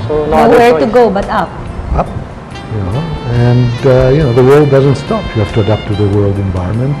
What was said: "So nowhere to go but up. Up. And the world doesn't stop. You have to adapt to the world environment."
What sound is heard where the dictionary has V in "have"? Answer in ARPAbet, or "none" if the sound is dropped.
F